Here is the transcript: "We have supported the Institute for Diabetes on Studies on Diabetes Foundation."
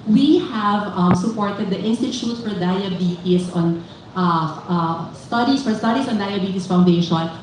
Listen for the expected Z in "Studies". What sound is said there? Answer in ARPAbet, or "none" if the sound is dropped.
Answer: S